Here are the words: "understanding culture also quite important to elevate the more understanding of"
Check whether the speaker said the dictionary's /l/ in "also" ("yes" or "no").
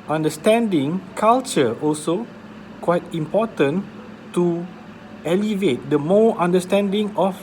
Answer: yes